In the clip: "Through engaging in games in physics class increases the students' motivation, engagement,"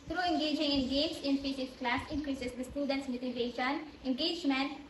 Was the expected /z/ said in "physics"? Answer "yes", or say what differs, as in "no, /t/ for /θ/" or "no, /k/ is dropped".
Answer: no, /s/ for /z/